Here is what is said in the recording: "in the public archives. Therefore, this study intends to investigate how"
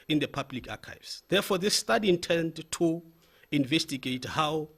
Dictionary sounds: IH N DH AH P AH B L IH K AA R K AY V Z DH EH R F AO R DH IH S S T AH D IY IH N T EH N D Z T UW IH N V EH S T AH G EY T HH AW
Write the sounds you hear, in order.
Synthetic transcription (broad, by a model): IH N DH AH P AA B L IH K AA K AY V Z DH EH F AO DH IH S S T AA D IY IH N T EH N D T UW IH N V EH S T AH G EY T HH AW